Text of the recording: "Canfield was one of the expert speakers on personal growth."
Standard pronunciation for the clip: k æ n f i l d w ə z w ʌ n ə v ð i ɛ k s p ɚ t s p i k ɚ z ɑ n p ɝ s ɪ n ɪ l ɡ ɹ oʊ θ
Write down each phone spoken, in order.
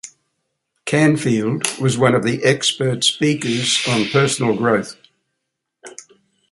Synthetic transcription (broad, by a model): k æ n f i l d w ə z w ʌ n ə v ð i ɛ k s p ɚ t s p i k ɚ z n p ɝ s n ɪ l ɡ ɹ oʊ θ